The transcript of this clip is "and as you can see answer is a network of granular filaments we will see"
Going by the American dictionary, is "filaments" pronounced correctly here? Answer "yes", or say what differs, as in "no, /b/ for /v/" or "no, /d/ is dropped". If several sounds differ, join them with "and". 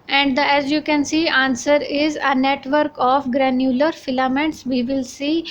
yes